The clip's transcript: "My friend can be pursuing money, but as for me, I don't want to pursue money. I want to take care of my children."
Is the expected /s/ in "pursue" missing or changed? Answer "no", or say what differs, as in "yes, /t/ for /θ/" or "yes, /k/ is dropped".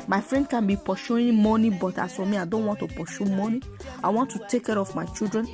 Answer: yes, /ʃ/ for /s/